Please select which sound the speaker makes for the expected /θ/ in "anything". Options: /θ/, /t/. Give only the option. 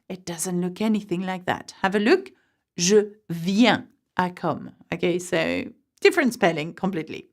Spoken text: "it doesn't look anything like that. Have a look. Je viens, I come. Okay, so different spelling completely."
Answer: /θ/